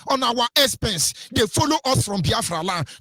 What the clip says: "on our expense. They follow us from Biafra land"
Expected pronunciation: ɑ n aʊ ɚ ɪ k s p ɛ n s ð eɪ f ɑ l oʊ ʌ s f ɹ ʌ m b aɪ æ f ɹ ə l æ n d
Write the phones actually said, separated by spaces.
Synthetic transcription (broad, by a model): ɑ n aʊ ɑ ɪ s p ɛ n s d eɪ f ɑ l oʊ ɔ s f ɹ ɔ m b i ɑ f ɹ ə l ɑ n